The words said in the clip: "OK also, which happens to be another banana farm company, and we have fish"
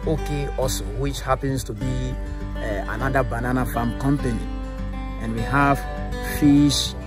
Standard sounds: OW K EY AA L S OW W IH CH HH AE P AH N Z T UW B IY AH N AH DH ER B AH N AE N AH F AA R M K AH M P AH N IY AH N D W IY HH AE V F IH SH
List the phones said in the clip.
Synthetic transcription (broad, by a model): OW K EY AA S W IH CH HH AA P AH N S T UW B IY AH N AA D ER B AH N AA N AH F AA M K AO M P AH N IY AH N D W IY HH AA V F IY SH